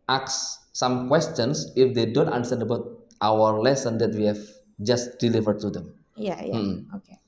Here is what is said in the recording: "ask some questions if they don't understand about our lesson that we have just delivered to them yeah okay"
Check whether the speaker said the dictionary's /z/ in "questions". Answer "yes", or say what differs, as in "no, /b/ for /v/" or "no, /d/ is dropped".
no, /s/ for /z/